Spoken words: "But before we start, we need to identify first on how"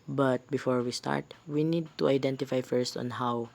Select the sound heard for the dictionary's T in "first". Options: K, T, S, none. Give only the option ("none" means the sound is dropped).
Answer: T